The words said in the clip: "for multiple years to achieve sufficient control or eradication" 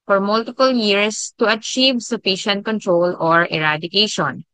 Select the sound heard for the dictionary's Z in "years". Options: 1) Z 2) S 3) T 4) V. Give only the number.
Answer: 2